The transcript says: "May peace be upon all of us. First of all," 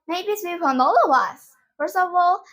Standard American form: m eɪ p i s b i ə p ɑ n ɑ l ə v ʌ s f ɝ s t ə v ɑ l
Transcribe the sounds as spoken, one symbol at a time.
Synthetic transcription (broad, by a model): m eɪ b i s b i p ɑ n ɑ l ə v ʌ s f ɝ s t ə v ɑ l